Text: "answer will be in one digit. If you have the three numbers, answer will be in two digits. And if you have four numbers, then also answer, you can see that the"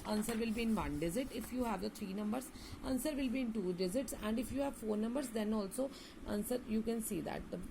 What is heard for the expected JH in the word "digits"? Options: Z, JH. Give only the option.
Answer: Z